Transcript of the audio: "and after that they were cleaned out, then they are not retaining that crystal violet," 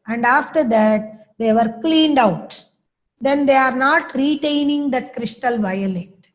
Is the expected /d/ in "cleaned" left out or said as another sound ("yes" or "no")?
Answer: no